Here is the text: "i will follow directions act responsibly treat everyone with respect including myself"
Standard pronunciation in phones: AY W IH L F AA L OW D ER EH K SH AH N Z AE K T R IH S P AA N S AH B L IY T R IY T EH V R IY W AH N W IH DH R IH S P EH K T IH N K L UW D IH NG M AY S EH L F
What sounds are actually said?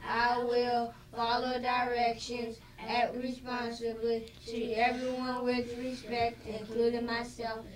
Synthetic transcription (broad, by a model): AY W IH L F AA L OW D ER EH K SH AH N Z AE T R IH S P AA N S AH B L IY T IY EH V R IY W AH N W IH DH R IH S P EH K T IH N K L UW D IH NG M AY S EH L F